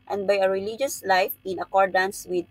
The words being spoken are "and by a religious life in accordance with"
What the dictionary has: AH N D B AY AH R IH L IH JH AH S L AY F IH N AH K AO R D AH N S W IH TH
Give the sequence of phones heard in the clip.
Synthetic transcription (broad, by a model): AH N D B AY AH R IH L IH JH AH S L AY F IH N AH K AO R D AH N S W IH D